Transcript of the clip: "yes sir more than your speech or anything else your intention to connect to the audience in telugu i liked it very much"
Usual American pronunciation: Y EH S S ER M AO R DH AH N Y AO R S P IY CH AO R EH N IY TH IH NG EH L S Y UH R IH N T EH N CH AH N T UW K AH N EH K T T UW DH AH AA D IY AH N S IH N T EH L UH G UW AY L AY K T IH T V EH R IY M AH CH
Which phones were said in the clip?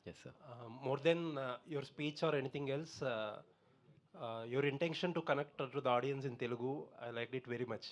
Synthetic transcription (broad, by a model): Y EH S S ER M AO R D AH N Y AO R S P IY CH AO R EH N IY T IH NG EH L S Y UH R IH N T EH N SH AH N T UW K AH N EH K T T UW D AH AA D IY AH N S IH N T EH L UH G UW AY L AY K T IH T V EH R IY M AH CH